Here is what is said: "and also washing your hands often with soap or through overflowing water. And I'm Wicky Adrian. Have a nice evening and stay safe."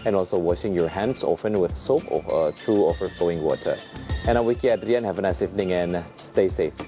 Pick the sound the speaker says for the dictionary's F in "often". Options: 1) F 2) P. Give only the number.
1